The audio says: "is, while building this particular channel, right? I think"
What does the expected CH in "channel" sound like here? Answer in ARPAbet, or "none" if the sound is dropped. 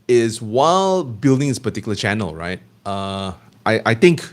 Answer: CH